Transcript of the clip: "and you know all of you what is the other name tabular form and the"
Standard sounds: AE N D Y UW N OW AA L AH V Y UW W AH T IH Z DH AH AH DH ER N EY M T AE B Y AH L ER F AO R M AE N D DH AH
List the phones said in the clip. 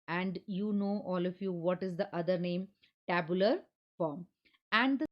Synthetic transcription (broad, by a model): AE N D Y UW N OW AA L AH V Y UW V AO T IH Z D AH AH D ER N EY M T AE B Y AH L ER F AO R M AE N D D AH